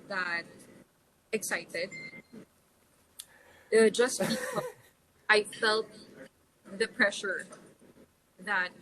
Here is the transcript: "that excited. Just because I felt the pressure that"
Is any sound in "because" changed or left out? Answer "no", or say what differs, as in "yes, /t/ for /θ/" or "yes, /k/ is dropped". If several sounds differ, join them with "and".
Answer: yes, /z/ is dropped